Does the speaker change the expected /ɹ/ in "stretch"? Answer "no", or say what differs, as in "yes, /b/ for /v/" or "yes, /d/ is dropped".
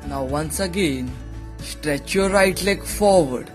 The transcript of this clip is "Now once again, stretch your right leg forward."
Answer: no